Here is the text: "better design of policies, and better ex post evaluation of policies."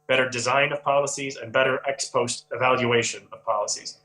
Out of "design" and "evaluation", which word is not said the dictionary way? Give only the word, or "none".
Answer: none